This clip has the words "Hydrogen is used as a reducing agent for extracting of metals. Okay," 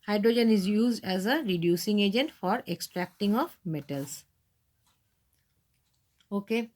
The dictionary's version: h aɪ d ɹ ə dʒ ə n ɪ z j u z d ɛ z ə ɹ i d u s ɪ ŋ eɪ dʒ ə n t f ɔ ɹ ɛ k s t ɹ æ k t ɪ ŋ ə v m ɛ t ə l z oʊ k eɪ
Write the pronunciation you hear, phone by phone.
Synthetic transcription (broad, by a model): h aɪ d ɹ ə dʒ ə n ɪ z j u z d ɛ z ə ɹ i d u s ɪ ŋ eɪ dʒ ə n t f ɔ ɹ ɛ k s t ɹ æ k t ɪ ŋ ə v m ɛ t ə l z oʊ k eɪ